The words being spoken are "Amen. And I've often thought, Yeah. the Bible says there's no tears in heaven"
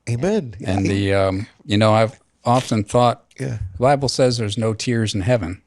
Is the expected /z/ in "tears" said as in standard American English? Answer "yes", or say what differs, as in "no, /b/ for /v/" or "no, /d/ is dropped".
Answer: yes